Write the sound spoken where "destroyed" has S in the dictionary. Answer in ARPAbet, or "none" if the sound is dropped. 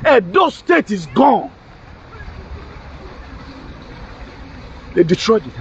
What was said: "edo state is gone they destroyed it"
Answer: none